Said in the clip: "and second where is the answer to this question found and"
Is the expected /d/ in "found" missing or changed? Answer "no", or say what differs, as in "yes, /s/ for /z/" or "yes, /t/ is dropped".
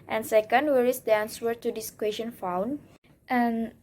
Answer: yes, /d/ is dropped